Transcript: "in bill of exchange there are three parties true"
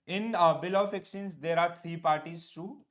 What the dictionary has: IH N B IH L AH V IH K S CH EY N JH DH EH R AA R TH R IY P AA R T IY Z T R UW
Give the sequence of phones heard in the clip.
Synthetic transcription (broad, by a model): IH N B IH L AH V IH K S IY N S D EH R AA R T R IY P AA R T IY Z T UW